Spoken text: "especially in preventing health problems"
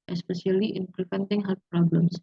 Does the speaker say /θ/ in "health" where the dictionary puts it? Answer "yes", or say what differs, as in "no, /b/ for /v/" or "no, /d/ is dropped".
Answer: no, /f/ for /θ/